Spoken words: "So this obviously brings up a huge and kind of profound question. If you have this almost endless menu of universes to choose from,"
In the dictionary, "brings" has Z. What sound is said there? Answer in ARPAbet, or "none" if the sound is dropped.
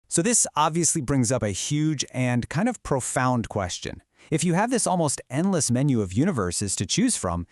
Z